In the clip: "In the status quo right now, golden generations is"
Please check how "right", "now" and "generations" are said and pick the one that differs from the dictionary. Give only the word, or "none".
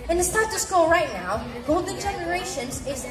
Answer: none